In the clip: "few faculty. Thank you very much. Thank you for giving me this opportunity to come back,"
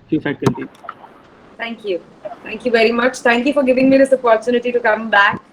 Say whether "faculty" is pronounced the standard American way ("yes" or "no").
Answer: no